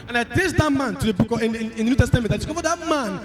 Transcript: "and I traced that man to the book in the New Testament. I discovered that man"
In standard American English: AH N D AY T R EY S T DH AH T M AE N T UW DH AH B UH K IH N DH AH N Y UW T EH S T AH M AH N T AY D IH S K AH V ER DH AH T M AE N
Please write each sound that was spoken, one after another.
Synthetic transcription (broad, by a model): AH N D AY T EY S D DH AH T M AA N T UW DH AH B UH K IH N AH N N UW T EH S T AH M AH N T AY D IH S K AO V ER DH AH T M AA N